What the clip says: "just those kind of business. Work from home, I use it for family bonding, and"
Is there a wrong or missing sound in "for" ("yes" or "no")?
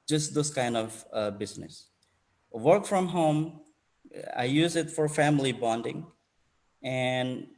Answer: no